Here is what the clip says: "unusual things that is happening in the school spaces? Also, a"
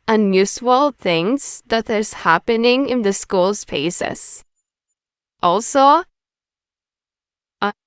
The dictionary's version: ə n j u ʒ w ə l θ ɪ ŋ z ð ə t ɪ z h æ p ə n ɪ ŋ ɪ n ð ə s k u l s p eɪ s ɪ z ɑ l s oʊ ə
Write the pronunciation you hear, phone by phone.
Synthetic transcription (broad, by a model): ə n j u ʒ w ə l θ ɪ ŋ z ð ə t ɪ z h æ p ə n ɪ ŋ ɪ n ð ə s k u l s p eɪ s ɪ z ɑ l s oʊ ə